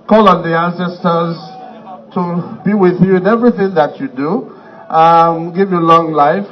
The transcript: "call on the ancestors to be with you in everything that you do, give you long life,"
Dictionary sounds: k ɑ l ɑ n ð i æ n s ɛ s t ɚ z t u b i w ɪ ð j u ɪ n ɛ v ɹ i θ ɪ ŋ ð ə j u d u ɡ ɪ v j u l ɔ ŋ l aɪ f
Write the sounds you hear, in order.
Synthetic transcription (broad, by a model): k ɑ l ɑ n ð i æ n s ɛ s t ɚ z t u b i w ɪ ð j u ɪ n ɛ v ɹ i θ ɪ ŋ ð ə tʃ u d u ɡ ɪ v j u l ɔ ŋ l aɪ f